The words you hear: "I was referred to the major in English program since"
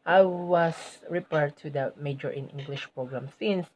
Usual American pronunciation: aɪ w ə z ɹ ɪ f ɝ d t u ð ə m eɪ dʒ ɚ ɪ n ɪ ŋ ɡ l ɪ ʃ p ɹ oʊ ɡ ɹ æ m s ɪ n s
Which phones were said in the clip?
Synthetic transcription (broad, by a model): aɪ w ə s ɹ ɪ p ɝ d t u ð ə m eɪ dʒ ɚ ɪ n ɪ ŋ ɡ l ɪ ʃ p ɹ oʊ ɡ ɹ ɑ m s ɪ n s